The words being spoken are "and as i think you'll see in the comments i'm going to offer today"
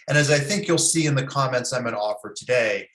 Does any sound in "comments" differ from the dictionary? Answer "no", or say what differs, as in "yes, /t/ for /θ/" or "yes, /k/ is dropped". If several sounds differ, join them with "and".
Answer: no